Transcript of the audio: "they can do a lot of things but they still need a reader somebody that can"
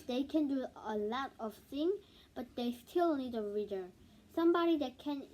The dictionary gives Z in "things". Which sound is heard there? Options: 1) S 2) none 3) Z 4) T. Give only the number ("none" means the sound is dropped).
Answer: 2